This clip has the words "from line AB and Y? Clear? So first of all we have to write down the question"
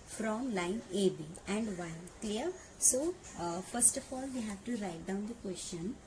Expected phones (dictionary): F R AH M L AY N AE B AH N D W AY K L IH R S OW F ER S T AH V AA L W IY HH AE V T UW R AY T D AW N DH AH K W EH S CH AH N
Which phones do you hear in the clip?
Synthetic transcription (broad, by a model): F R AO M L AY N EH B AH N D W AY K L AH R S OW F ER S T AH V AA L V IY HH AE V T UW R AY T D AW N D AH K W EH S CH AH N